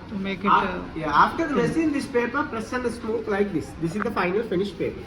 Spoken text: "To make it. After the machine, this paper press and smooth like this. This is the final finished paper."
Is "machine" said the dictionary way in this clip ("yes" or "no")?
no